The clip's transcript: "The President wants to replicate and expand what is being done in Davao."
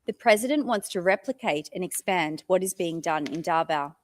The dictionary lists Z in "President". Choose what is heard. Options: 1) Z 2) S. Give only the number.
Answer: 1